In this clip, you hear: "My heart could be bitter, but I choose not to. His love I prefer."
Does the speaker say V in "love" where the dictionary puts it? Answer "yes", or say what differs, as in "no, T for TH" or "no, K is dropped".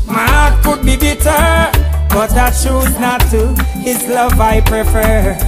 yes